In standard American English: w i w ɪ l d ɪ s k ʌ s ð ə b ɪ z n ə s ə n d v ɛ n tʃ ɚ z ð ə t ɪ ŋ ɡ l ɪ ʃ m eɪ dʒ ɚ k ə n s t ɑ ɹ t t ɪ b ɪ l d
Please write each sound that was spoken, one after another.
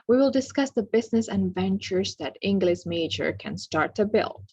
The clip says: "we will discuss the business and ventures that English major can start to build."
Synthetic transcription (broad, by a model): w i w ɪ l d ɪ s k ʌ s ð ə b ɪ z n ə s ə n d v ɛ n tʃ ɚ z ð ə t ɪ ŋ ɡ l ɪ ʃ m eɪ dʒ ɚ k ə n s t ɑ ɹ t t ɪ b ɪ l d